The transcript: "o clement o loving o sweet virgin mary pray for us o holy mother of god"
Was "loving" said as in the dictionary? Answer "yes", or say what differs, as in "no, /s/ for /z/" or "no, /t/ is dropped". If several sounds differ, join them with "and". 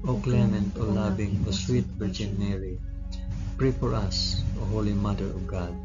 no, /b/ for /v/